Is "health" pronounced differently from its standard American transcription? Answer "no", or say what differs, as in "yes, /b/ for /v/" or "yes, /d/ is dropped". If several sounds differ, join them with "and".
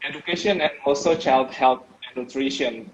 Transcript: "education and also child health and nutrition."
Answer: yes, /t/ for /θ/